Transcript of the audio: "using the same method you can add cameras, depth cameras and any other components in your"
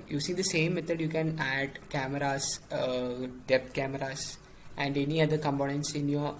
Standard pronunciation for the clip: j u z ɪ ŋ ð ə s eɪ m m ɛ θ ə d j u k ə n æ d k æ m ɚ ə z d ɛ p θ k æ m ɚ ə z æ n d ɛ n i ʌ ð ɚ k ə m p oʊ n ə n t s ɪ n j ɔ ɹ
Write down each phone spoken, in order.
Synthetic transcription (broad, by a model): j u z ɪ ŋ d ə s eɪ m m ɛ t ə d j u k ə n æ d k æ m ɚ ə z d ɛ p t k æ m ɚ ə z æ n d ɛ n i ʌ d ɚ k ə m p oʊ n ə n t s ɪ n j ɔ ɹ